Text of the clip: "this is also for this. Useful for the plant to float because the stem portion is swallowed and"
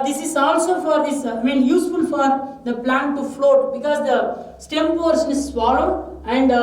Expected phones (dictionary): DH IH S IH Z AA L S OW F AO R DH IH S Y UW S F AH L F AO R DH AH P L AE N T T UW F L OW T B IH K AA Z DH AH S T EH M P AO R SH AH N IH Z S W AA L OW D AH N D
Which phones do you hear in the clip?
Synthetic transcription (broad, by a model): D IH S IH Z AA L S OW F AO R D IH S Y UW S F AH L F AO R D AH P L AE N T T UW F L OW T B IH K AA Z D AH S T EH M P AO R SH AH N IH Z S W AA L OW AH N D